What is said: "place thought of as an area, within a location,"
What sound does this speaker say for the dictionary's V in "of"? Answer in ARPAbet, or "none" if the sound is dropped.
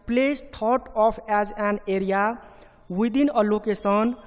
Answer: P